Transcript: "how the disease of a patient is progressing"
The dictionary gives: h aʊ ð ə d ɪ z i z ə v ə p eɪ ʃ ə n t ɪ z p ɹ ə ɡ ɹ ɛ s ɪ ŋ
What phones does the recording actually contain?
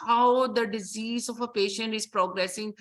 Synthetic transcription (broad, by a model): h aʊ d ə d ɪ z i z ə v ə p eɪ ʃ ə n t ɪ z p ɹ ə ɡ ɹ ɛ s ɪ ŋ